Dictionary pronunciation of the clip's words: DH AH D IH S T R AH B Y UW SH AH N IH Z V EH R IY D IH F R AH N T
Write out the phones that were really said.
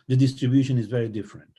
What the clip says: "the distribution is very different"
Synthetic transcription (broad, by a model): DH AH D IH S T R AH B Y UW SH AH N IH Z V EH R IY D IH F R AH N T